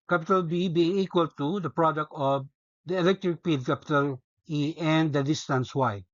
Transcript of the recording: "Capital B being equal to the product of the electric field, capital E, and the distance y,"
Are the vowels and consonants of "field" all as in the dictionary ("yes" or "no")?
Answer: no